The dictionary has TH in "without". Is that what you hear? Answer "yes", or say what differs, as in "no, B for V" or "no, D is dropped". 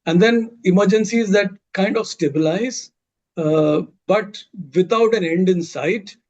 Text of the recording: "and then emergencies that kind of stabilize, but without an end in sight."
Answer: no, T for TH